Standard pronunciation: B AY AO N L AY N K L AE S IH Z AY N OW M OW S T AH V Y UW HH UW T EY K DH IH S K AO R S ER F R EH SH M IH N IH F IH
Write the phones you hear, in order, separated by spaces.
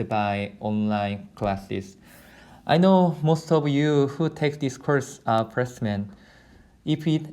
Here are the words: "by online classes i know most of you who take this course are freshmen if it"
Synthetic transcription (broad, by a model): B AY AO N L AY N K L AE S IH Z AY N OW M OW S T AH V Y UW HH UW T EY K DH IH S K AO R S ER P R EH S M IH N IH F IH